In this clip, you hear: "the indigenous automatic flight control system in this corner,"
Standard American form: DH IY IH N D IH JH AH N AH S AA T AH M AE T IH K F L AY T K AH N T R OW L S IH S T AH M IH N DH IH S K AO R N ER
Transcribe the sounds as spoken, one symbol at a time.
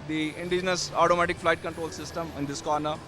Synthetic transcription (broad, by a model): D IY IH N D IH JH AH N AH S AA T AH M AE T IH K F L AY T K AH N T R OW L S IH S T AH M IH N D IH S K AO R N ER